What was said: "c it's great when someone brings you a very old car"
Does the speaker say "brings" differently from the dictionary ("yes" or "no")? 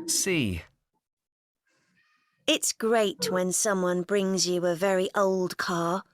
no